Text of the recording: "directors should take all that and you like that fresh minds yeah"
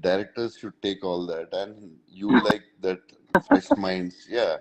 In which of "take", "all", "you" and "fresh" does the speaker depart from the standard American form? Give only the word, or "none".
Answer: fresh